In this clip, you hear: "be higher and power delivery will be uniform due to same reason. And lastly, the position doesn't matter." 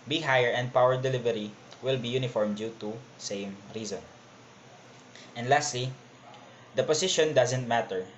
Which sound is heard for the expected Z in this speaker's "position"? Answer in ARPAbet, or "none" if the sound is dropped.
S